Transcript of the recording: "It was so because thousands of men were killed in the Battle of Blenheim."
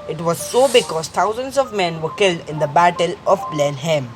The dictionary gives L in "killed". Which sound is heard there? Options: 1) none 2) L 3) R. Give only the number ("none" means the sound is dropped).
2